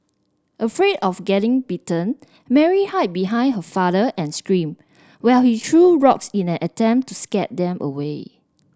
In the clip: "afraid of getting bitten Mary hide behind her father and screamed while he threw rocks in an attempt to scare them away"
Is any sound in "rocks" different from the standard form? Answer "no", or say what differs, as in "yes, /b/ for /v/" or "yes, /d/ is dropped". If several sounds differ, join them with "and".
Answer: no